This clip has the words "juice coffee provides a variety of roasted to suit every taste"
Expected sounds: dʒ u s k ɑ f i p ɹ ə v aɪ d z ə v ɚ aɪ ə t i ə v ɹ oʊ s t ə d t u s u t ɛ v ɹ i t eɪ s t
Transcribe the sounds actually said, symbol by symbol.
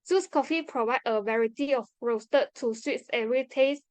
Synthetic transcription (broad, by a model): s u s k ɑ f i p ɹ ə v aɪ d ə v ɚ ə t i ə f ɹ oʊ s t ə t u s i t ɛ ɹ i t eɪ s